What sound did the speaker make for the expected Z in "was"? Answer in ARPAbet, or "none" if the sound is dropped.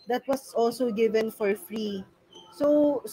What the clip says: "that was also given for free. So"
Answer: S